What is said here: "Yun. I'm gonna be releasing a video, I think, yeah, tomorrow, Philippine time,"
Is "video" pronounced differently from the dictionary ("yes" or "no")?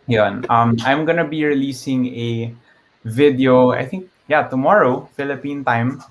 no